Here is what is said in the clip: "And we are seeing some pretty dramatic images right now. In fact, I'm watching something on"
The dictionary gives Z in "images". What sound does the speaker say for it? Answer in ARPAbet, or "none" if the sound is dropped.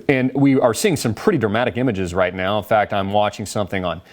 Z